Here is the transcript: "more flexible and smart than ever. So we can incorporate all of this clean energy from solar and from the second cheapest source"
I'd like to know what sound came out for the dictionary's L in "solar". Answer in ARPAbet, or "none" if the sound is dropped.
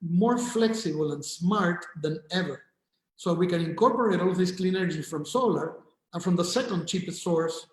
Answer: L